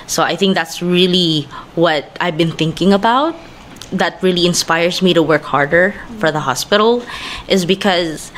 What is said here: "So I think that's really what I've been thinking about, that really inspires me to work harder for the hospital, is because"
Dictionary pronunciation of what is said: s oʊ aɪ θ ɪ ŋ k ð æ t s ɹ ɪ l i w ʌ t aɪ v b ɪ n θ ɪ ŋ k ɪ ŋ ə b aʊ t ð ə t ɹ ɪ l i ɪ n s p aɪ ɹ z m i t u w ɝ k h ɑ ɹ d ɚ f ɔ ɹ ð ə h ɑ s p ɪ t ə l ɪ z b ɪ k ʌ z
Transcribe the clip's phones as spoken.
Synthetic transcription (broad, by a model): s oʊ aɪ θ ɪ ŋ k ð æ t s ɹ ɪ l i w ʌ t aɪ v b ɪ n θ ɪ ŋ k ɪ ŋ ə b aʊ t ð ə t ɹ ɪ l i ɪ n s p aɪ ɹ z m i t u w ɝ k h ɑ ɹ d ɚ f ɔ ɹ ð ə h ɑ s p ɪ t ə l ɪ z b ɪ k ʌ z